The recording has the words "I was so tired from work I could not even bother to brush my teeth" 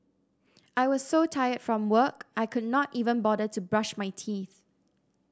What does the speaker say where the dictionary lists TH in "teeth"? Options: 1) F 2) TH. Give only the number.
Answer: 2